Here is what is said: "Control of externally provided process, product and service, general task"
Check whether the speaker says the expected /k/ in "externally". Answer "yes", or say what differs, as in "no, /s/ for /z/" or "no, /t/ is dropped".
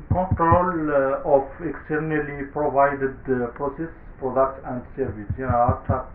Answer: yes